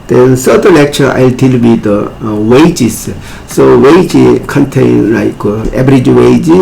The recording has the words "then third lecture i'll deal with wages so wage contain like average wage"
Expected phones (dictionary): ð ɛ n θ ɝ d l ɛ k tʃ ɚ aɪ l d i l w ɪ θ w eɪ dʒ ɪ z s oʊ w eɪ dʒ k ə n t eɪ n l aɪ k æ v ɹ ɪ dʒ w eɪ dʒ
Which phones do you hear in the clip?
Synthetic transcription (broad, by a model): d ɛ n s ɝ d l ɛ k tʃ ɚ aɪ l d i l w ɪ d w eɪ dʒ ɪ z s oʊ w eɪ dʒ k ə n t eɪ n l aɪ k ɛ b ɹ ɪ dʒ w eɪ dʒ